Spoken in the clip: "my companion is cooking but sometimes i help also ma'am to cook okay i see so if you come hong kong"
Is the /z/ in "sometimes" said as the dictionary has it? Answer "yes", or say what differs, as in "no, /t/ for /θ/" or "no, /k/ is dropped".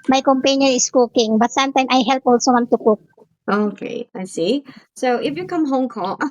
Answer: no, /z/ is dropped